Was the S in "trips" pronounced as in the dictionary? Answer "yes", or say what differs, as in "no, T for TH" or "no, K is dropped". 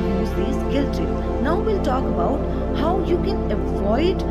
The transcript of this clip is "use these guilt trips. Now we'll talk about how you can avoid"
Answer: no, S is dropped